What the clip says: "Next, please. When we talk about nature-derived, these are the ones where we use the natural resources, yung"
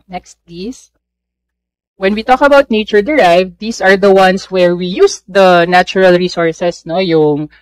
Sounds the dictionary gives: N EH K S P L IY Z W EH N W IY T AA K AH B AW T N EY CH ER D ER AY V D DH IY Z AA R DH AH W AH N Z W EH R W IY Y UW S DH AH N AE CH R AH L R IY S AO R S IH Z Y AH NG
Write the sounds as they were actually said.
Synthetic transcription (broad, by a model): N EH K S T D IY S W EH N W IY T AA K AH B AW T N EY CH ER D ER AY V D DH IY S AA R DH AH W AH N S W EH R W IY Y UW S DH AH N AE CH R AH L R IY S AO R S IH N Y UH NG